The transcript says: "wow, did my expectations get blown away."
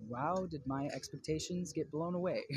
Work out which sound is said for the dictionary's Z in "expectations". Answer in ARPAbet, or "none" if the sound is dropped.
Z